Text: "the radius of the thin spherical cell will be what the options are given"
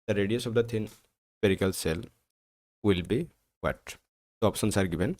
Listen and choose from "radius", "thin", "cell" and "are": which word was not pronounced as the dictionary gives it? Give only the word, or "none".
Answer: thin